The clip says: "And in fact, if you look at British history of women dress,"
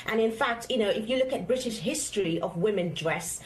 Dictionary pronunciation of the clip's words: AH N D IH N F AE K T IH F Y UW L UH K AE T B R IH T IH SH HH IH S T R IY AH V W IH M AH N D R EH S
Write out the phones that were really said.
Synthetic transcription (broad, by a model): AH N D IH N F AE K T IH F Y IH L UH K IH T B R IH T IH SH HH IH S T R IY AH V W IH M AH N D R EH S